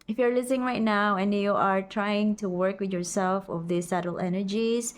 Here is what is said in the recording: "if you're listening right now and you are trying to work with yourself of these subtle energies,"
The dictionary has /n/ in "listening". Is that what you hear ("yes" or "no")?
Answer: no